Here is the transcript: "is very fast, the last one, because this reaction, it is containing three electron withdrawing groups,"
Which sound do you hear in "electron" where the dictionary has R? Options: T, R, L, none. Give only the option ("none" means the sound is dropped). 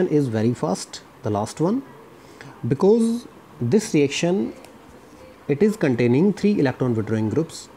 R